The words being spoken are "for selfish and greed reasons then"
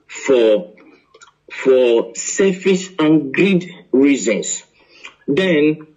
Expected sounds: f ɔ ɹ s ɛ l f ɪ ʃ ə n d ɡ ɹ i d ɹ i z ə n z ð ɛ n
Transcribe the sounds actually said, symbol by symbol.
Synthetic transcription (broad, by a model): f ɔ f s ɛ f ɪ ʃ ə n ɡ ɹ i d ɹ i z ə n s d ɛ n